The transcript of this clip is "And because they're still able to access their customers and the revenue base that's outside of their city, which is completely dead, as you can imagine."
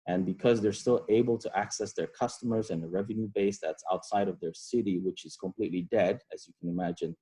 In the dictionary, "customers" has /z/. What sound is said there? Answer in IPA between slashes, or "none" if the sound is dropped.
/z/